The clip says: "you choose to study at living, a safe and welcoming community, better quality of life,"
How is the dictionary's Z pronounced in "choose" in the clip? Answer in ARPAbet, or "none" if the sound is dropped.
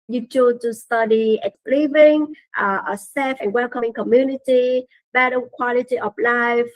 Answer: none